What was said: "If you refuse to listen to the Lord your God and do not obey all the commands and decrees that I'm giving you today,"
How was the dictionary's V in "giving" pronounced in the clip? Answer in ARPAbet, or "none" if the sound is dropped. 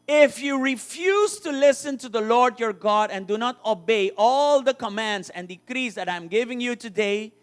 V